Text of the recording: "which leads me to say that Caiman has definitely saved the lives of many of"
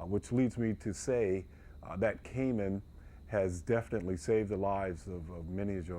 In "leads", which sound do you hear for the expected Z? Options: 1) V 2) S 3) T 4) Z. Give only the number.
4